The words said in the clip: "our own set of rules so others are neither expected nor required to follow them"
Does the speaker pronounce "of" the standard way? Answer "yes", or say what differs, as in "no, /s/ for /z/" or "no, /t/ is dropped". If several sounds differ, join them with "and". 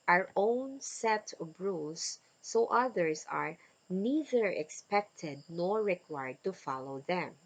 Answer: no, /b/ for /v/